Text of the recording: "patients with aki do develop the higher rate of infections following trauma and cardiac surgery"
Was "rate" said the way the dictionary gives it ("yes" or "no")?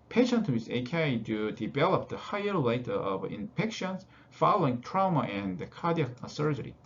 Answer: no